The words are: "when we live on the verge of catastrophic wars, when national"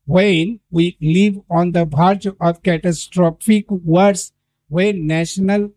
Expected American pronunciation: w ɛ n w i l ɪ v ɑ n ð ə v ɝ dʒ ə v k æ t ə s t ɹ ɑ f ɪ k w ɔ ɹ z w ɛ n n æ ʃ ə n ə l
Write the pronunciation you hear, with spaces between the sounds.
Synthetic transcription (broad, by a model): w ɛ n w i l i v ɑ n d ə b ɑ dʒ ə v k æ t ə s t ɹ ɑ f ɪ k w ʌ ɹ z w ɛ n n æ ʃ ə n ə l